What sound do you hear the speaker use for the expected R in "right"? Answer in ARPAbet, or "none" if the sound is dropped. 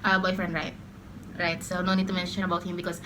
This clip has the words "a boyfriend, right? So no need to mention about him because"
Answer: R